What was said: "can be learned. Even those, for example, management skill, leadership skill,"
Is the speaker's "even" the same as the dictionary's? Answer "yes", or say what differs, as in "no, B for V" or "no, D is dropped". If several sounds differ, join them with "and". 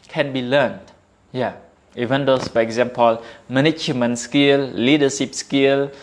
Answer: yes